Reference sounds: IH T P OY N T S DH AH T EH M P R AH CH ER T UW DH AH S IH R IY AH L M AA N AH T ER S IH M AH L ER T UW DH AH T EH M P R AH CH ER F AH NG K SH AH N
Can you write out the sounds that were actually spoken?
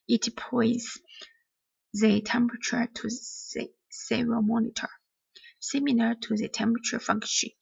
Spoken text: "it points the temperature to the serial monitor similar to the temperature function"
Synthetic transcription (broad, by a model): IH T P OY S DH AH T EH M P R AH CH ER T UW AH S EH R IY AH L M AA N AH T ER S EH M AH N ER T UW DH AH T EH M P R AH CH ER F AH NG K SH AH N